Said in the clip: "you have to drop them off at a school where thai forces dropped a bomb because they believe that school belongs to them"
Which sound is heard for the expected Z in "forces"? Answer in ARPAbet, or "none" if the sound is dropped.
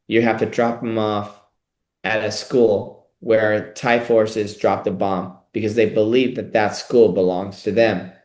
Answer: Z